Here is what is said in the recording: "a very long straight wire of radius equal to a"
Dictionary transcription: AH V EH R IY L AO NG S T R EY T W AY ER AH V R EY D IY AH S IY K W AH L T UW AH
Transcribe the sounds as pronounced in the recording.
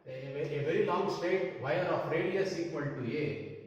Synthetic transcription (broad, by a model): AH V EH R IY L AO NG S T EY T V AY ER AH F R EY D IY AH S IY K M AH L T UW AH